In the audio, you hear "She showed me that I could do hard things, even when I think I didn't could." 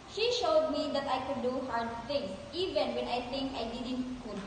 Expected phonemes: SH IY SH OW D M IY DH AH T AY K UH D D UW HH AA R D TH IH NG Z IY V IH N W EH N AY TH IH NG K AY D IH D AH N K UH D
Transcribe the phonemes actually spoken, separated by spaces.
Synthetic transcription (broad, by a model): SH IY SH OW D M IY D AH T AY K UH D D UW HH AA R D T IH NG S IY V IH N W EH N AY T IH NG K AY D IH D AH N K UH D